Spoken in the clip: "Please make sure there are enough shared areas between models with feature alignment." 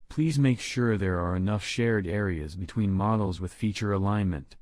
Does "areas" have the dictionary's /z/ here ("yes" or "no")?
yes